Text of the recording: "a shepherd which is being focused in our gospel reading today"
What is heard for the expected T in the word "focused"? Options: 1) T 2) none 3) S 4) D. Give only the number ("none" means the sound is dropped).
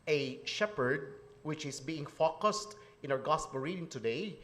1